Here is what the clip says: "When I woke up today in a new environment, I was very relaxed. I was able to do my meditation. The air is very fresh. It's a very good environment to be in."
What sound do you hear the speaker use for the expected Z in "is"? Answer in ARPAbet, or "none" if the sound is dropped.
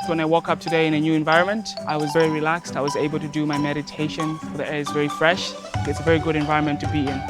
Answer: Z